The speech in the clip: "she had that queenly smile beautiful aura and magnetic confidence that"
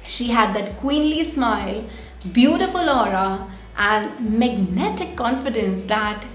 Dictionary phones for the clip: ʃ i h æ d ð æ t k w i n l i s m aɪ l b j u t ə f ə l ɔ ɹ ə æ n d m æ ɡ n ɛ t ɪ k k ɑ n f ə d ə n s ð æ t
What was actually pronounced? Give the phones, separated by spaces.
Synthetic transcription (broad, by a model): ʃ i h æ d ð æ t k w i n l i s m aɪ l b j u t ə f ə l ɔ ɹ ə æ n d m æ ɡ n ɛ t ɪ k k ɑ n f ə d ə n s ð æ t